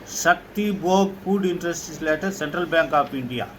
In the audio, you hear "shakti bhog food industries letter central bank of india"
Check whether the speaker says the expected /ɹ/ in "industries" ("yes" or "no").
no